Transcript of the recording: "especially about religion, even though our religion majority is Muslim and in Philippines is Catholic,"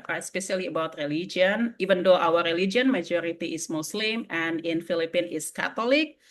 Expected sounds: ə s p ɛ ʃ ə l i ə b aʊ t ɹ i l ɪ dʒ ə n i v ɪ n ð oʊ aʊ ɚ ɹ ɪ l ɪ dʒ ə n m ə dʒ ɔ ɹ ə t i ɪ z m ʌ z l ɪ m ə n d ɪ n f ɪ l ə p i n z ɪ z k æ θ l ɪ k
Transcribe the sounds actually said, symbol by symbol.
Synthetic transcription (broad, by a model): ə s p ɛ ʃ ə l i ə b aʊ t ɹ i l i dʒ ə n i v ɪ n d oʊ aʊ ɚ ɹ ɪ l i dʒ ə n m ə dʒ ɔ ɹ ə t i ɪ s m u s l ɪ m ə n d ɪ n f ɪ l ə p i n ɪ s k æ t l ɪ k